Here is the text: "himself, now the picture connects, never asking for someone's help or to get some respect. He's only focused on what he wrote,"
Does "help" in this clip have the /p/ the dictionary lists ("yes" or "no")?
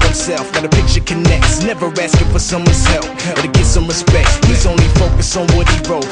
no